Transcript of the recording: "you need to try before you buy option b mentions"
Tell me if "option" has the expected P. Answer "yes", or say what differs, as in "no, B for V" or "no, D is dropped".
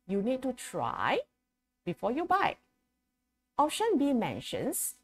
no, P is dropped